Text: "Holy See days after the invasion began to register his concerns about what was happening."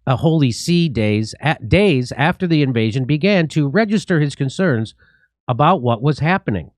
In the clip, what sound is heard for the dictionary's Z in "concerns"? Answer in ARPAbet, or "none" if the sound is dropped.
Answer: Z